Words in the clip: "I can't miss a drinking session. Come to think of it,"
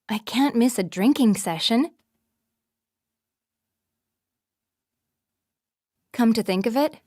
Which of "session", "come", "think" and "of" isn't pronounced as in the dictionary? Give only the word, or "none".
none